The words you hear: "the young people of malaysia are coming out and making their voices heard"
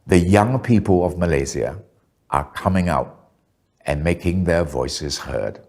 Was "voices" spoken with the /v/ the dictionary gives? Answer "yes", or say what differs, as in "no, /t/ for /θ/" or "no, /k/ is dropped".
yes